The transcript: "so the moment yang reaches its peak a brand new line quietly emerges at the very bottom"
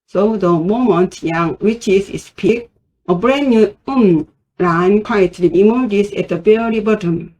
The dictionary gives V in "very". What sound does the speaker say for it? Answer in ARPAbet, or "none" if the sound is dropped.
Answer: B